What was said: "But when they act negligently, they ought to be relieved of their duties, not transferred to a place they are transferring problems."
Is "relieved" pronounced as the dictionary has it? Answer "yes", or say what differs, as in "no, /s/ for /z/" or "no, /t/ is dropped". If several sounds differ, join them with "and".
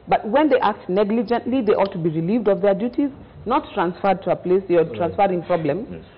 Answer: yes